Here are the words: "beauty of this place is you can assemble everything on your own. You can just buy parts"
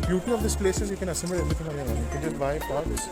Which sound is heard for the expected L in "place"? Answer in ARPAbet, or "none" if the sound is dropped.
L